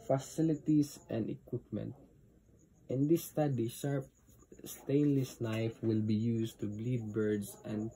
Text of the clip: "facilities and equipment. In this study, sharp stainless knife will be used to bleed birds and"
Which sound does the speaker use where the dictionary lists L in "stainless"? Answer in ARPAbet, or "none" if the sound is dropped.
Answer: L